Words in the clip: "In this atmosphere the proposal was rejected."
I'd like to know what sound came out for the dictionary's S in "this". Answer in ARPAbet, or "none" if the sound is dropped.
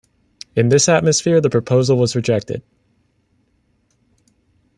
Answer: S